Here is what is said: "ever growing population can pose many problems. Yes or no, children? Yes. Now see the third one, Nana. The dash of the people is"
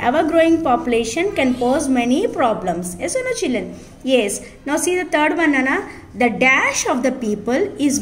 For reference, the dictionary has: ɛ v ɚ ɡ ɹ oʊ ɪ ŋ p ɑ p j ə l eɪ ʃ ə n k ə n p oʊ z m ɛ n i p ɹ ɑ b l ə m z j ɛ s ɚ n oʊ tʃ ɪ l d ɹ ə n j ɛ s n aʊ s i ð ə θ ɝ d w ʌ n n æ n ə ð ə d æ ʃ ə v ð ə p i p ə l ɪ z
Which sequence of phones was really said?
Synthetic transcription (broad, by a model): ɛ v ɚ ɡ ɹ oʊ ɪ ŋ p ɑ p j ə l eɪ ʃ ə n k ə n p oʊ z m ɛ n i p ɹ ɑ b l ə m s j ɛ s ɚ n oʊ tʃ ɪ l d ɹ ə n j ɛ s n aʊ s i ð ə t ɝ d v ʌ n n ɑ n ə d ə d æ ʃ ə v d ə p i p ə l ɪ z